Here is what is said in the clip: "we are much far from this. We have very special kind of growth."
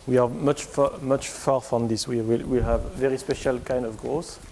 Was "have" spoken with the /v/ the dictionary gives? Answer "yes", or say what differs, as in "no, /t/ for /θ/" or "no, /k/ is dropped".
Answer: no, /w/ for /v/